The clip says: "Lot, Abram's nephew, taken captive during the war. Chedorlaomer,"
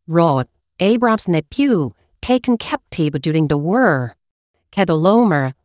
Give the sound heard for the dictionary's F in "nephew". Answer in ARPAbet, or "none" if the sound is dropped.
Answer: P